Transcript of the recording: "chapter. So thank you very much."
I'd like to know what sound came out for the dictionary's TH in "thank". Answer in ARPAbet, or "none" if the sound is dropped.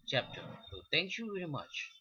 T